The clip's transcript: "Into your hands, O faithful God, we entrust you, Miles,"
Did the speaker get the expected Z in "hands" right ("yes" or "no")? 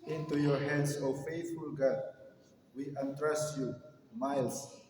no